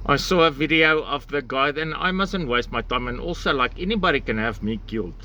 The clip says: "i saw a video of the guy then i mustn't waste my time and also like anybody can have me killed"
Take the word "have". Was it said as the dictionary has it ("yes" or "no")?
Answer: yes